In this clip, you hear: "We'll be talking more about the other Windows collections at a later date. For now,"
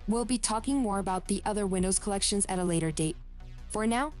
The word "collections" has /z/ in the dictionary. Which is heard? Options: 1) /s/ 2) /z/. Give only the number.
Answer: 2